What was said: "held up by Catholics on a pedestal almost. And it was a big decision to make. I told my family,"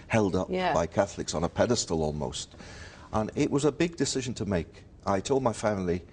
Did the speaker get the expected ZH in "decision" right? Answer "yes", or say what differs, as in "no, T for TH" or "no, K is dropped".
yes